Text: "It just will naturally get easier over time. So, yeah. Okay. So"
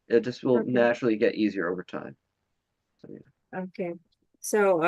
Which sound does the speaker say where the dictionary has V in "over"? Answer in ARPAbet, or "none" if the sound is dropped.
V